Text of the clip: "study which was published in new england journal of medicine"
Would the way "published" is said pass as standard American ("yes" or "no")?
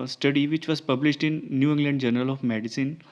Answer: yes